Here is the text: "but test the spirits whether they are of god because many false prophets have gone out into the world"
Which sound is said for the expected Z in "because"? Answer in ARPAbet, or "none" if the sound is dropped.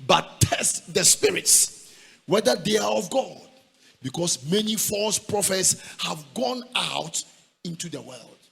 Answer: S